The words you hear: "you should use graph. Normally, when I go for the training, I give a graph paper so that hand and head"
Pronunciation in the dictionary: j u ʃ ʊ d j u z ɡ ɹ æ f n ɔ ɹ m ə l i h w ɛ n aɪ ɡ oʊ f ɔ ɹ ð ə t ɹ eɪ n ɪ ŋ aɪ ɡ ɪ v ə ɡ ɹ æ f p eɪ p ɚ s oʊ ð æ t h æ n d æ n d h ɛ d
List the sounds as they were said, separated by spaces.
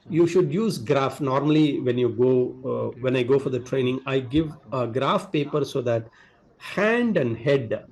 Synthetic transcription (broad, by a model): j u ʃ ʊ d j u z ɡ ɹ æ f n ɔ ɹ m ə l i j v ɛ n aɪ ɡ oʊ f ɔ ɹ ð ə t ɹ eɪ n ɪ ŋ aɪ ɡ ɪ v ə ɡ ɹ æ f p eɪ p ɚ s oʊ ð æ t h æ n d æ n d h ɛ d